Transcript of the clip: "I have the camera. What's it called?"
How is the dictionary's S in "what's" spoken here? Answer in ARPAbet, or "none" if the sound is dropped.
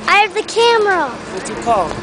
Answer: none